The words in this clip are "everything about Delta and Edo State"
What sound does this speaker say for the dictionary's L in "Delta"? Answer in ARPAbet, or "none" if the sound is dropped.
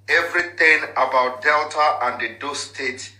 L